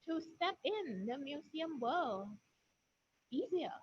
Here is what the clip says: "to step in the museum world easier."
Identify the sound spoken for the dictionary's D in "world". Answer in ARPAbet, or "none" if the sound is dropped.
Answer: none